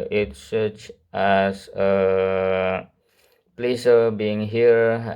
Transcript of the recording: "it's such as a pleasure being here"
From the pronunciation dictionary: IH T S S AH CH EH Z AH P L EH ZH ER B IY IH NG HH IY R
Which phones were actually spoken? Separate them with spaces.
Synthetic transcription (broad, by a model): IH T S S AH CH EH S AH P L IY S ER B IY IH NG HH IY R